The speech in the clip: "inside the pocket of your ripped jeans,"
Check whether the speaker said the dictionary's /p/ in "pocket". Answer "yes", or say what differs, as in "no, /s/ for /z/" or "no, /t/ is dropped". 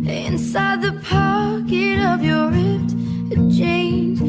yes